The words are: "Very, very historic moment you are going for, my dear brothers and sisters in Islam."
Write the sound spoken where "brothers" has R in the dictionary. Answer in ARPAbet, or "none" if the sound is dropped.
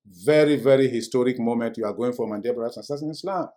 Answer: none